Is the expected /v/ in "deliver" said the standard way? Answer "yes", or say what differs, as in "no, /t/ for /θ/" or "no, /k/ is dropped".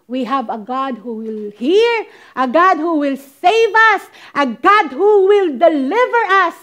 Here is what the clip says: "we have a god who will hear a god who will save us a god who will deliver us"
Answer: yes